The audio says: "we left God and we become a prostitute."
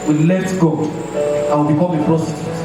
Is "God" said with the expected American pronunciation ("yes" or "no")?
no